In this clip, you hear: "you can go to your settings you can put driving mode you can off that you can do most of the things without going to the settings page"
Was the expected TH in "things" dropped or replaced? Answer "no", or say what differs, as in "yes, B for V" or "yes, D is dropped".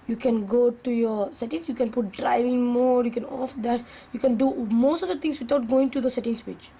yes, T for TH